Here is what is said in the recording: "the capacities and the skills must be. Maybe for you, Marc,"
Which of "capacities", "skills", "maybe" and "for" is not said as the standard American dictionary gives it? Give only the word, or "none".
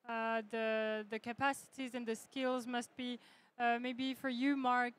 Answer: none